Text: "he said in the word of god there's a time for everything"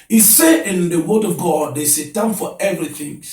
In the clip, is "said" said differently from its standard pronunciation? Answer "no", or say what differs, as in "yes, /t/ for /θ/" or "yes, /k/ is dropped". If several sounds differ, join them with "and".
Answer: yes, /d/ is dropped